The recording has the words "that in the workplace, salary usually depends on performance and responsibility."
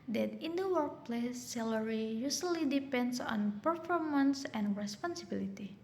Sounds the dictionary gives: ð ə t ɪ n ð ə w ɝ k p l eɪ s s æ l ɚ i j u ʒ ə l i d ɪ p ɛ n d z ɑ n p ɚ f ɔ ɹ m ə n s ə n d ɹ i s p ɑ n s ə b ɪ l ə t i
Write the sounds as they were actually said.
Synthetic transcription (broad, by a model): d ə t ɪ n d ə w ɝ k p l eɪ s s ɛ l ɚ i j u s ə l i d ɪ p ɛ n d s ɑ n p ɚ f ɔ ɹ m ə n s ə n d ɹ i s p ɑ n s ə b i l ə t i